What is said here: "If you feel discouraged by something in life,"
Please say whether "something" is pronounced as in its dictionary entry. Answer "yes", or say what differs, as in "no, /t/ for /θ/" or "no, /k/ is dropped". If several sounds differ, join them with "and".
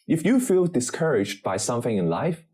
yes